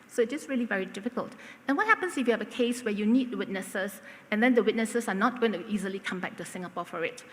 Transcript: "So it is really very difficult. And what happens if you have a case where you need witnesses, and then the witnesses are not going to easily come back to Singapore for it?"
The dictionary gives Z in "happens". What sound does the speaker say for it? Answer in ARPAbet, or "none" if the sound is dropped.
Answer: S